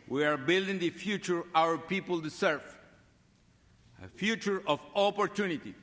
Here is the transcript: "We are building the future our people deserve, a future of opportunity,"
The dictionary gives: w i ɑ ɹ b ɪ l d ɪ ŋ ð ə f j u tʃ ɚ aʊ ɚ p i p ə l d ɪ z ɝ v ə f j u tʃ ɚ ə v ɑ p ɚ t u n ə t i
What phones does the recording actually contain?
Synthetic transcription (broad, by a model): w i ɑ ɹ b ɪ l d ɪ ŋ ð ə f j u tʃ ɚ aʊ ɚ p i p ə l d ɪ s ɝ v ə f j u tʃ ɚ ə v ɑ p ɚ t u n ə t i